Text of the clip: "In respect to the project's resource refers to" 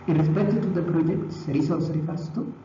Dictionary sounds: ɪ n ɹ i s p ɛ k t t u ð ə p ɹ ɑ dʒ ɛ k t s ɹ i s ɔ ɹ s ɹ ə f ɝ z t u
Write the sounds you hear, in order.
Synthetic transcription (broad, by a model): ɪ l ɹ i s p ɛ t t u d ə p ɹ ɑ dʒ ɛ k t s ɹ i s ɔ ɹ s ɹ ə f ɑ s t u